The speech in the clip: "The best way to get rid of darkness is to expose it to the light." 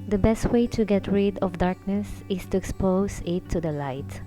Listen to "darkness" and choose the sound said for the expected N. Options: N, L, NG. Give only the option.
N